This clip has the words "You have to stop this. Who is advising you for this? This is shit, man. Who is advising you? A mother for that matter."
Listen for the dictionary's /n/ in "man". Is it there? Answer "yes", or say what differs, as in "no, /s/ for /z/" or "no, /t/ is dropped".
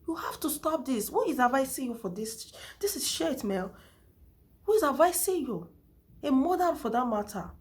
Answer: no, /l/ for /n/